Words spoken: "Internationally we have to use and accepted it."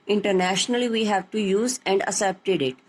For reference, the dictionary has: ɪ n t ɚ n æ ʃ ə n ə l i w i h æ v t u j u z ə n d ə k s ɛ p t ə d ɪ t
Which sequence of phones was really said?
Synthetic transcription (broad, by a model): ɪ n t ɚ n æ ʃ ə n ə l i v i h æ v t u j u z ə n d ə s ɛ p t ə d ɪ t